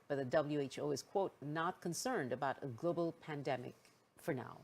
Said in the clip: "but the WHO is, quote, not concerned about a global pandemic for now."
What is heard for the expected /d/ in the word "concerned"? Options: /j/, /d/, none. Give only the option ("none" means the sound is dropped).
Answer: /d/